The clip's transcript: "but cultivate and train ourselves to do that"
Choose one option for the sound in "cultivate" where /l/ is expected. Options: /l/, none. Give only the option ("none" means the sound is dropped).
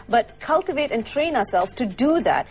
/l/